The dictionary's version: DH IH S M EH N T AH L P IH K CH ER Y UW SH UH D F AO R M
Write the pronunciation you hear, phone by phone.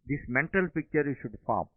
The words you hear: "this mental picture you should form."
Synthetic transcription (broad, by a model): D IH S M EH N T AH L P IH K CH ER SH UH D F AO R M